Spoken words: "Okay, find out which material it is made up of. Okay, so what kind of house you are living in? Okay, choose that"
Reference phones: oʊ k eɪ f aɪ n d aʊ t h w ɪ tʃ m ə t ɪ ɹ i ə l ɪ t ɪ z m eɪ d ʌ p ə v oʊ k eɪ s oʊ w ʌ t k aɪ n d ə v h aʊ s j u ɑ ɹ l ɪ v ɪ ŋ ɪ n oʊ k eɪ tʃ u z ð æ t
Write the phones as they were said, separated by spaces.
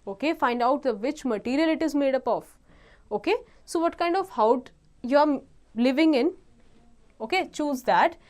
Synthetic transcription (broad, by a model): oʊ k eɪ f aɪ n d aʊ t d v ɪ tʃ m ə t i ɹ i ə l ɪ t ɪ z m eɪ d ʌ p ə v oʊ k eɪ s oʊ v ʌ t k aɪ n d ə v h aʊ j u ɑ ɹ l ɪ v ɪ ŋ ɪ n oʊ k eɪ tʃ u z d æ t